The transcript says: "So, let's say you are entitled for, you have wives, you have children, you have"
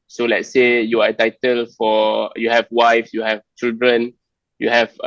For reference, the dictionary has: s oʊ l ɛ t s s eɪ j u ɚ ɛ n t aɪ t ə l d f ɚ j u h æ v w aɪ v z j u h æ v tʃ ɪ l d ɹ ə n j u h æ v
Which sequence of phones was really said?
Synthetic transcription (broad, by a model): s oʊ l ɛ t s s eɪ j u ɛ t aɪ t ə l f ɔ j u h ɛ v w aɪ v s j u h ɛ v tʃ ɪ l d ɹ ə n j u h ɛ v